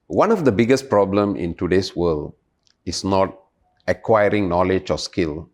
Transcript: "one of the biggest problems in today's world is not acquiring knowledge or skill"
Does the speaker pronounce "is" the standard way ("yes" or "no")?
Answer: no